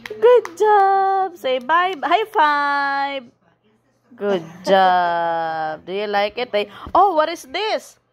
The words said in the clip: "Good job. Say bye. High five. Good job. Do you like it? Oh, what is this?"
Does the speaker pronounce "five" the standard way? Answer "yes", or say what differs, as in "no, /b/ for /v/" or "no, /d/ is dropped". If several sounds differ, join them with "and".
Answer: no, /b/ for /v/